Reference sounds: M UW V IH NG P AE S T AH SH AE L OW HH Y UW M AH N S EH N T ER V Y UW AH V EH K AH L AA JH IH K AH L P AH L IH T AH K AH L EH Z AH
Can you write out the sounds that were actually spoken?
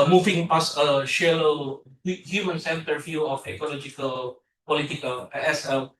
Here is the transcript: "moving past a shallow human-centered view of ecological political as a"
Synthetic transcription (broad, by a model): M UW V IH NG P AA S AH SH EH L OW HH Y UW M AH N S EH N T ER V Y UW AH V EH K AH L AA JH IH K AH L P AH L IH T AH K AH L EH S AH